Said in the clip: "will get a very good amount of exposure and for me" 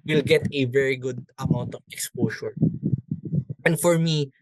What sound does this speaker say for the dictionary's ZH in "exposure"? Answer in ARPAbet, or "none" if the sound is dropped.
S